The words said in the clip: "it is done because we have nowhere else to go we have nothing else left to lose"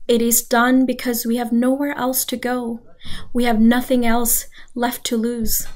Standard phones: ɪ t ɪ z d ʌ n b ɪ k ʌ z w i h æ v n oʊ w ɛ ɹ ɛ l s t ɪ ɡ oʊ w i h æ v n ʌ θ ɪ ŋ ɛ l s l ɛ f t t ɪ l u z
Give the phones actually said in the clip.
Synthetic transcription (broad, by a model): ɪ t ɪ z d ʌ n b ɪ k ʌ z w i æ v n oʊ w ɛ ɹ ɛ l s t ɪ ɡ oʊ w i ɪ v n ʌ θ ɪ ŋ ɛ l s l ɛ f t t ɪ l u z